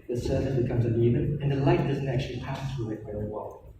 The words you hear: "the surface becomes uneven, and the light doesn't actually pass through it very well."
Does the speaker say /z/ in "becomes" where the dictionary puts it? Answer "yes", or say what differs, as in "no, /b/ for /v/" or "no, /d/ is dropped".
yes